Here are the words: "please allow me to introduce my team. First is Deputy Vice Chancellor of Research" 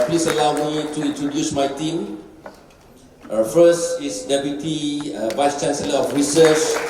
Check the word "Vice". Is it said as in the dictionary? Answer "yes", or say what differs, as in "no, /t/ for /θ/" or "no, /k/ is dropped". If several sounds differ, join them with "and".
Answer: yes